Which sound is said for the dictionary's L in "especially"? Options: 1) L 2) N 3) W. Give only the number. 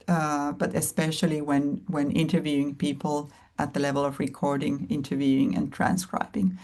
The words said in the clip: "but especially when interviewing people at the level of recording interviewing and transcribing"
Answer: 3